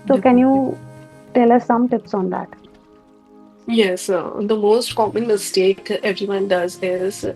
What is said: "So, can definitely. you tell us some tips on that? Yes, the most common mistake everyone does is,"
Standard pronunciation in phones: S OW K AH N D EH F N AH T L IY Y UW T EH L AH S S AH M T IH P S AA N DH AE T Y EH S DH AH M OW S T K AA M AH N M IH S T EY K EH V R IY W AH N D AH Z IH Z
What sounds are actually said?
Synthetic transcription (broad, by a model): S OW K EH N Y UW T EH L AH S S AH M T IH P S AA N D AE T Y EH S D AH M OW S T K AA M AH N M IH S T EY K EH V R IY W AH N D AH Z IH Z